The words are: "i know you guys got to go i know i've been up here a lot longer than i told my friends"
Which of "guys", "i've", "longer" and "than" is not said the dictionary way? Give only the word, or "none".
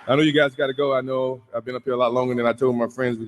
none